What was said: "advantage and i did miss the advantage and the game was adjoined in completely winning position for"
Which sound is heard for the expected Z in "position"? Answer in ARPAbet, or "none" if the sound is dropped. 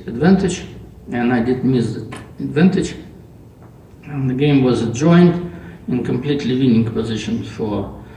Z